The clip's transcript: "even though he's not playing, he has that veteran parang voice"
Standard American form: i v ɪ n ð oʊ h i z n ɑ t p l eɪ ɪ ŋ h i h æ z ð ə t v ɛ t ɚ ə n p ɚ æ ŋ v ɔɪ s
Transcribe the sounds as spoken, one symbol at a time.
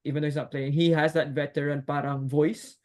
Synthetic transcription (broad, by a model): i v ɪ n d oʊ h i s n ɑ t p l eɪ ɪ ŋ h i h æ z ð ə t v ɛ t ɚ ə n p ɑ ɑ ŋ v ɔɪ s